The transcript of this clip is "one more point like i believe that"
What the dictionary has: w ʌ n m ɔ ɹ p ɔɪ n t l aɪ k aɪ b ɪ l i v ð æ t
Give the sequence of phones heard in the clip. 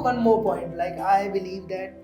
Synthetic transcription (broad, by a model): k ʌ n m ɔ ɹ p ɔɪ n t l aɪ k aɪ b ɪ l i v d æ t